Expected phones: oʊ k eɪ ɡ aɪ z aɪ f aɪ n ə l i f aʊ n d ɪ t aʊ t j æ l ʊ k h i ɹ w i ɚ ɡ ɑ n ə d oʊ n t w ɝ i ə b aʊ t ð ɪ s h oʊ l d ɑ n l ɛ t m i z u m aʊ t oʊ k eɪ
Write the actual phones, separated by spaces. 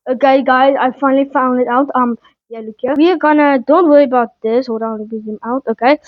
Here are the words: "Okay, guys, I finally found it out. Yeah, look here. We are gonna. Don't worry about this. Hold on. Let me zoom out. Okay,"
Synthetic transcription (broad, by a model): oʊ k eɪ ɡ aɪ z aɪ f aɪ n ə l i f aʊ n d ɪ t aʊ t j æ l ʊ k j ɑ w i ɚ ɡ ɑ n ə d oʊ n t w ɝ i ə b aʊ t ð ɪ s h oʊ d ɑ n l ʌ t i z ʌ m aʊ t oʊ k eɪ